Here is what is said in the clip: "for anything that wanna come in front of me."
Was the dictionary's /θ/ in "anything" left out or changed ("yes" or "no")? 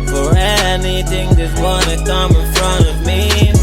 no